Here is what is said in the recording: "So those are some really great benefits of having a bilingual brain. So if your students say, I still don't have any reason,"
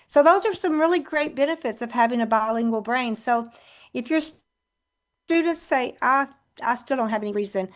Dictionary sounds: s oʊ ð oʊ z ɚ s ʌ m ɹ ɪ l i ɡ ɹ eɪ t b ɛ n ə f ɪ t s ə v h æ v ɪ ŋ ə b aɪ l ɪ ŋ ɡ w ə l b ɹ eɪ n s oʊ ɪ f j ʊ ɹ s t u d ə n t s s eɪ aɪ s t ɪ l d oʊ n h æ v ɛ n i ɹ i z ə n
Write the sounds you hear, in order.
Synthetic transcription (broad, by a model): s oʊ ð oʊ z ɚ s ʌ m ɹ ɪ l i ɡ ɹ eɪ t b ɛ n ə f ɪ t s ə v h æ v ɪ ŋ ə b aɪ l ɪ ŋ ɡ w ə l b ɹ eɪ n s oʊ ɪ f j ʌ ɹ s t u d n t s s eɪ aɪ s t ɪ l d oʊ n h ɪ v ɛ n i ɹ i z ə n